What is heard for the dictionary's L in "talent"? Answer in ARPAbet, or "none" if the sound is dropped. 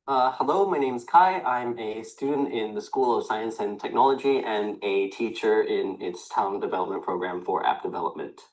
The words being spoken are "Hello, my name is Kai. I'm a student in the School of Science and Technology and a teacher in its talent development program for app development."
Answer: none